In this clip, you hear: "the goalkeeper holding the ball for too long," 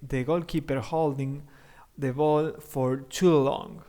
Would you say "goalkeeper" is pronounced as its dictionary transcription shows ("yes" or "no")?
yes